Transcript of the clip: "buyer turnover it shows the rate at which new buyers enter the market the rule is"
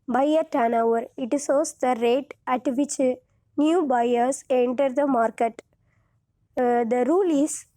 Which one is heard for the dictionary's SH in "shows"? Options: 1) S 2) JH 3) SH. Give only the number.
1